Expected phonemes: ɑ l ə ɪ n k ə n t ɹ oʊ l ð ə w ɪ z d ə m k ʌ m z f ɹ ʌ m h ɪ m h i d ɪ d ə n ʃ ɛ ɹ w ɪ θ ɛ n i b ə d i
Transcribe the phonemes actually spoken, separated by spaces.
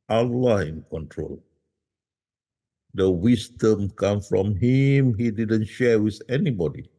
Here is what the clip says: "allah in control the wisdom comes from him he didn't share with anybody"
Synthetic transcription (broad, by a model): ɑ l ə ɪ n k ə n t ɹ oʊ l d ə w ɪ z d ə m k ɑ m f ɹ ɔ m h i m h i d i d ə n ʃ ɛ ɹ w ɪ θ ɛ n i b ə d i